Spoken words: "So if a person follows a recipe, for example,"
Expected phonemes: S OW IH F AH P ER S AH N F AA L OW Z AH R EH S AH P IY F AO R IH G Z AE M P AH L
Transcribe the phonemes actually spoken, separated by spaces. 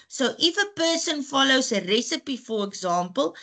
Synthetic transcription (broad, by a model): S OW IH F AH P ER S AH N F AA L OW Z AH R EH S AH P IY F AO R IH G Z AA M P AH L